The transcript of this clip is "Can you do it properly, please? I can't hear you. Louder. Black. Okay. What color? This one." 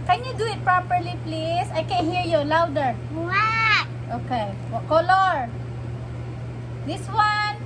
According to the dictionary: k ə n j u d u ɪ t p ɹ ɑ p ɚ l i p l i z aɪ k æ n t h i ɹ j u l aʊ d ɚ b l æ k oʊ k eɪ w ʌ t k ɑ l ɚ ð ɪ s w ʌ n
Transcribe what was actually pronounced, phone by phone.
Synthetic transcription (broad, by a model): k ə n j u d u ɪ t p ɹ ɑ p ɚ l i p l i s aɪ k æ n h i ɹ j u l aʊ d ɚ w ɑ oʊ k eɪ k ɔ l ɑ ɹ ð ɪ s w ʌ n